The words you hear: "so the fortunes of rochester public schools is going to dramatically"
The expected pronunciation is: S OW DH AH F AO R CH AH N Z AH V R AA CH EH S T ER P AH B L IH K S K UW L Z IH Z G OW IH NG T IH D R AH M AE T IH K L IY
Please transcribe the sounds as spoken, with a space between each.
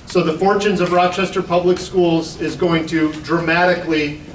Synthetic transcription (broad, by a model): S OW DH AH F AO R CH AH N Z AH V R AA CH EH S T ER P AH B L IH K S K UW L Z IH Z G OW IH NG T IH D R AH M AE T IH K L IY